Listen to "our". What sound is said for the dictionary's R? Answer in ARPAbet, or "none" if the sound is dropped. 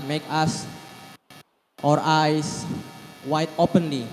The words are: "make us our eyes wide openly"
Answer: R